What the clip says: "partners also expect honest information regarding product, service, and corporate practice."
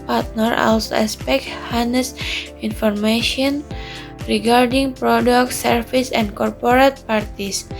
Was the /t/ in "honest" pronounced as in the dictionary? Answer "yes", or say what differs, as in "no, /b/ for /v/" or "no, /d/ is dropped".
no, /t/ is dropped